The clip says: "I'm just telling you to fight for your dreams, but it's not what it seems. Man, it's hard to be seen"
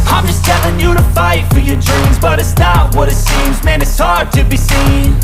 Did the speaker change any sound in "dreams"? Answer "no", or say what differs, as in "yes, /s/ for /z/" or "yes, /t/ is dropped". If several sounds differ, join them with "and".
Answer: no